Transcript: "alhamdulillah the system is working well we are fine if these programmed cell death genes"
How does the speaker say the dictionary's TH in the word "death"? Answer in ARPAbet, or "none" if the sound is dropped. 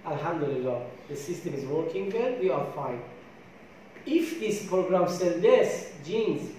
S